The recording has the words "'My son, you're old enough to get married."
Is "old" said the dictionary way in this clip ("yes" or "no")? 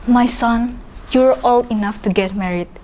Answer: no